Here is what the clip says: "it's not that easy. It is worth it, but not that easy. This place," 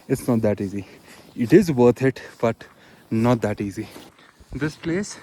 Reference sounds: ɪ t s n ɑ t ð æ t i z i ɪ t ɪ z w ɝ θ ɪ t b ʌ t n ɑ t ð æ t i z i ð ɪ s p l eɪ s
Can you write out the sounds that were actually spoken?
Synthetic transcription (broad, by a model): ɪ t s n ɑ t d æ t i z i ɪ t ɪ z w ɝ t ɪ t b ʌ t n ɑ t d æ t i z i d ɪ s p l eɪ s